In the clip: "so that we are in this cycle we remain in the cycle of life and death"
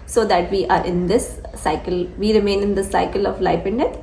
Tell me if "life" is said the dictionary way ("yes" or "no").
no